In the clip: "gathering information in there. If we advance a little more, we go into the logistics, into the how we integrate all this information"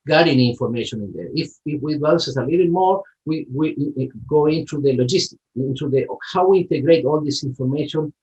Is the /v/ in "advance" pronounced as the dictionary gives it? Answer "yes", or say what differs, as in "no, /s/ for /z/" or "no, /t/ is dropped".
no, /v/ is dropped